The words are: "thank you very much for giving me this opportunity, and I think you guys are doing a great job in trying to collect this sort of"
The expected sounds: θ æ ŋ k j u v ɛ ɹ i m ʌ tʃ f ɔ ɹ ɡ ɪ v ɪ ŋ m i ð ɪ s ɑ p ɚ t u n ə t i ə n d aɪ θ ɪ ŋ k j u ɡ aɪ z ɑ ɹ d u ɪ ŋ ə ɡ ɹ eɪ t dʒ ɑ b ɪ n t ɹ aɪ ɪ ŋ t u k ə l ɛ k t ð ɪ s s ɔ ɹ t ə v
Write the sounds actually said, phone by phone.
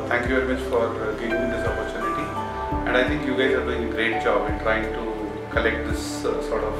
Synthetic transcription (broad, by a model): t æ ŋ k j u v ɛ ɹ i m ʌ tʃ f ɔ ɹ ɡ ɪ v ɪ ŋ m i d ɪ s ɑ p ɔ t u n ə t i ə n d aɪ t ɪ ŋ k j u ɡ aɪ z ɑ ɹ d u ɪ ŋ ə ɡ ɹ eɪ t dʒ ɑ b ɪ n t ɹ aɪ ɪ ŋ t u k ə l ɛ k t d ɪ s s ɔ ɹ t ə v